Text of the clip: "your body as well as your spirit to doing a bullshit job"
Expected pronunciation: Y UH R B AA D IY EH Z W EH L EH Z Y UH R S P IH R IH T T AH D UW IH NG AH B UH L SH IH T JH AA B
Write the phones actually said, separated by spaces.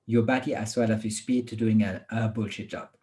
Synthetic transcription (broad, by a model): Y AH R B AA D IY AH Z W EH L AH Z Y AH S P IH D T AH D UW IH NG AH B UH L SH IH T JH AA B